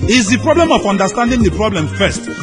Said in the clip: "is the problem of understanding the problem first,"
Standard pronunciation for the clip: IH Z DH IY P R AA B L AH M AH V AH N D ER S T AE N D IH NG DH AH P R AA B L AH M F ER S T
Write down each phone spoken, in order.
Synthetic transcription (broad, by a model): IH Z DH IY P R AA B L AH M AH F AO N D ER S T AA N D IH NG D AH P R AA B L AH M F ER S T